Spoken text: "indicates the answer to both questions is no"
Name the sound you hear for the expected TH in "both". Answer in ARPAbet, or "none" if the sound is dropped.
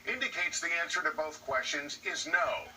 TH